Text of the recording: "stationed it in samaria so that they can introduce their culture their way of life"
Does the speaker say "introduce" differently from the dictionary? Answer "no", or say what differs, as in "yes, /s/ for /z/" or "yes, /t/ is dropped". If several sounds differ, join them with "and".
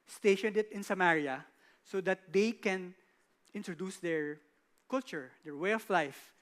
no